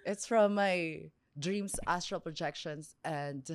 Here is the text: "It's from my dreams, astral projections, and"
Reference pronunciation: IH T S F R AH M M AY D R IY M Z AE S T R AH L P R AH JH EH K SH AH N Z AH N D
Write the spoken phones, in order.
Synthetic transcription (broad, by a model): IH T S F R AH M M AY D R IY M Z AE S T R AH L P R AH JH EH K SH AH N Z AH N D